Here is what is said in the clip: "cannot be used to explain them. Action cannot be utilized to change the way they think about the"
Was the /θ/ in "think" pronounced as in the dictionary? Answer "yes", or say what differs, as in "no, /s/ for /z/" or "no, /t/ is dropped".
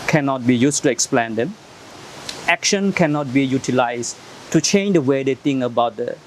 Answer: no, /t/ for /θ/